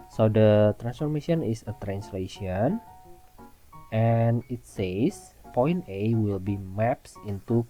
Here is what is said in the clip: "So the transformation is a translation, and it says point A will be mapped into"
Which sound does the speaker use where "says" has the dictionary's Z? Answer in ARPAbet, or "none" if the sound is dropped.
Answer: S